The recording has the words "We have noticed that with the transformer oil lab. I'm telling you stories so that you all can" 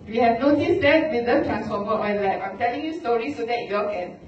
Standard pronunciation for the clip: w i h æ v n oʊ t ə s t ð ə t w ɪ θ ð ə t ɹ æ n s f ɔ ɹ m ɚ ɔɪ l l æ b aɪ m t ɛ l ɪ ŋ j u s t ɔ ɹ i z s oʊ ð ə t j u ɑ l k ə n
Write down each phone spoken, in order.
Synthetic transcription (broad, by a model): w i h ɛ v n oʊ t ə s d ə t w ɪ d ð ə t ɹ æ n s f ɔ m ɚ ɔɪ n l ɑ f aɪ m t ɛ l ɪ ŋ j u s t ɔ ɹ i s oʊ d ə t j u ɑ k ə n